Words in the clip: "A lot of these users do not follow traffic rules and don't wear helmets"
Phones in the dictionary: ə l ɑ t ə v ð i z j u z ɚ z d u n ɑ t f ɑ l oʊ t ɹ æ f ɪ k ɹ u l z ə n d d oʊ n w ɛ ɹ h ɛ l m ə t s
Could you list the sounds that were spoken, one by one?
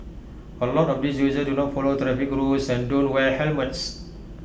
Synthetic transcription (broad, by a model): ə l ɑ t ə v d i s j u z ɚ d u n ɑ t f ɑ l oʊ t ɹ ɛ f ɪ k ɹ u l s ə n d d oʊ n w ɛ l h ɛ l m ə t s